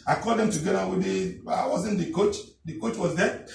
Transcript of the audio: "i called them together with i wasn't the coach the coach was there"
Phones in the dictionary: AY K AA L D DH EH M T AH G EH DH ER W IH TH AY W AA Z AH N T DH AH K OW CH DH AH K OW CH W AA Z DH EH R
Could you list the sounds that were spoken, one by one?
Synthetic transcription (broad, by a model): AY K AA D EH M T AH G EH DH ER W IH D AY W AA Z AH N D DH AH K OW CH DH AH K OW CH W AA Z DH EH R